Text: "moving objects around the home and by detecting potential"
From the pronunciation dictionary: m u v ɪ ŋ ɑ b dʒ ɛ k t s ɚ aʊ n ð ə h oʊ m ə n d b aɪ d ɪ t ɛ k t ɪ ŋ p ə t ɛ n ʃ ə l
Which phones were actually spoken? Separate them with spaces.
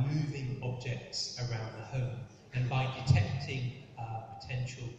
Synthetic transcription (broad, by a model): m u v ɪ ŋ ɑ b dʒ ɛ k t s ɚ aʊ n ð ə h oʊ m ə n b aɪ d ɪ t ɛ k t ɪ ŋ p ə t ɛ n ʃ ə l